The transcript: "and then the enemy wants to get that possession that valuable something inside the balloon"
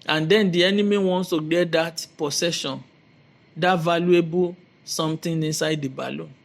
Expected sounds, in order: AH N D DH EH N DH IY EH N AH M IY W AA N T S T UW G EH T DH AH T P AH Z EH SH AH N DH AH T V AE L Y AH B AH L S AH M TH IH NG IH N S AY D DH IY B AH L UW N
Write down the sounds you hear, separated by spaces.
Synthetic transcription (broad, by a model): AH N D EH N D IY EH N AH M IY W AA N S T UW G EH T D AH T P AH S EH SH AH N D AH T V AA L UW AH B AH S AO M T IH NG IH N S AY D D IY B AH L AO